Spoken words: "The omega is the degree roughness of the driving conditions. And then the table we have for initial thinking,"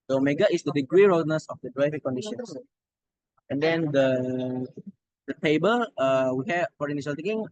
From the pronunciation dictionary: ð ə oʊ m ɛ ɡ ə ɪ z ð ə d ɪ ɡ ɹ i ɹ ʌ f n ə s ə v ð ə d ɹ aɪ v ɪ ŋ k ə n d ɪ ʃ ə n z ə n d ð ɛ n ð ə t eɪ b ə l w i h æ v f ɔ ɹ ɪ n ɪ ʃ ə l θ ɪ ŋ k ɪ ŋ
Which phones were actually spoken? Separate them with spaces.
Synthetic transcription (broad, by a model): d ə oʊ m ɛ ɡ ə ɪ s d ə d ɪ ɡ ɹ i ɹ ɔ n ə s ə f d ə d ɹ aɪ v ɪ ŋ k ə n d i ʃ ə n s ə n d ɛ n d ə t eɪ b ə l w i h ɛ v f ɔ ɹ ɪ n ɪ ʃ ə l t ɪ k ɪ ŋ